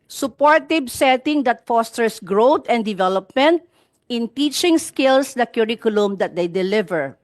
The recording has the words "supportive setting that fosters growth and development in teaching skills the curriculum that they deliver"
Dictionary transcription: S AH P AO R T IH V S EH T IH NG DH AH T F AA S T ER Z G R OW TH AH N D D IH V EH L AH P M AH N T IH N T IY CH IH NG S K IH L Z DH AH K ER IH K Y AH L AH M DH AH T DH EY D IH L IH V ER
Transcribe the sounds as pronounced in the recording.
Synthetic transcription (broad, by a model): S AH P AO R T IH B S EH T IH NG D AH T F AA S T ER S G R OW T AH N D D IH V EH L AH P M AH N T IH N T IY CH IH NG S K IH L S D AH K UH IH K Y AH L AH M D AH T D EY D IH L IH V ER